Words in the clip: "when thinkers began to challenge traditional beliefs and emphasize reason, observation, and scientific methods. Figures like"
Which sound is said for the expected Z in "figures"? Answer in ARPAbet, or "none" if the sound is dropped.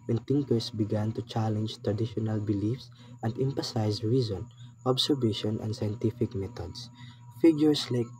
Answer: S